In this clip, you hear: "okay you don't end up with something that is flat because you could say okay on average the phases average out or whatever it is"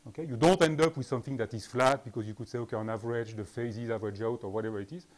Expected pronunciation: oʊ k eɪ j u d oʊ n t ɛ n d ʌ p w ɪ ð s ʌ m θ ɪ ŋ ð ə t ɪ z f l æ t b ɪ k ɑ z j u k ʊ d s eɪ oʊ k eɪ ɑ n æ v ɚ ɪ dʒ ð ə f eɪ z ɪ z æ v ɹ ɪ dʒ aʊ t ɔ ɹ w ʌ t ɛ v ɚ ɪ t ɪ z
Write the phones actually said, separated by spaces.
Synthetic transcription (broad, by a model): oʊ k eɪ j u d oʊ n t ɛ n d ʌ p w ɪ ð s ʌ m θ ɪ ŋ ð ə t ɪ z f l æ t b ɪ k ɑ z j u k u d s eɪ oʊ k eɪ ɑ n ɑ v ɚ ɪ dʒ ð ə f eɪ z ɪ z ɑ v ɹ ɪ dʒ aʊ t ɔ ɹ w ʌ t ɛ v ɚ ɪ t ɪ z